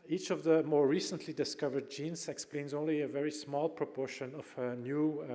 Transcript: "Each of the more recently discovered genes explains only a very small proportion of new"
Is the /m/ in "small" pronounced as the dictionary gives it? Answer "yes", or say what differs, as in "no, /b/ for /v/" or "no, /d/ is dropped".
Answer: yes